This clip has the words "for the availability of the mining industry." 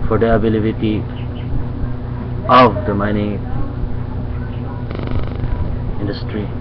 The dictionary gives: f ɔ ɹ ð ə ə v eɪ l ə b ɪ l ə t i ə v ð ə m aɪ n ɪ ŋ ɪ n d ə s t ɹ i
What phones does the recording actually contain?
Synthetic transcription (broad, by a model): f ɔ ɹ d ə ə b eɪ l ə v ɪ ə t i ə v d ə m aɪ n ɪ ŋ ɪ n d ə s t ɹ i